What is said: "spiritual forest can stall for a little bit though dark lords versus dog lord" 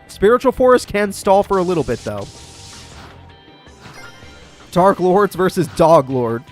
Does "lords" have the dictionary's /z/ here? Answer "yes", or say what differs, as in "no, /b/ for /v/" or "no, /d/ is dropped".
yes